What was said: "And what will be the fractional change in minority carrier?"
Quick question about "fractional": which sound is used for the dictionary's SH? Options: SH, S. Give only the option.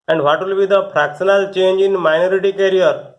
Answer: S